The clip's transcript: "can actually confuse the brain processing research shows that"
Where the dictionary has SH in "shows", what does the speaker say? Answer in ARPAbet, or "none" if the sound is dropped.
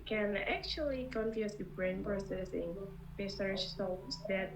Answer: S